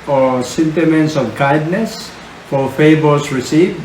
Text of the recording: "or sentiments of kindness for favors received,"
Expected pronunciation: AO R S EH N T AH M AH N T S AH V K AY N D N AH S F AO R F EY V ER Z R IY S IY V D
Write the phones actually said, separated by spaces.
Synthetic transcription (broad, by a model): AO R S EH N T AH M AH N T S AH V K AY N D N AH S F AO R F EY B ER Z R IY S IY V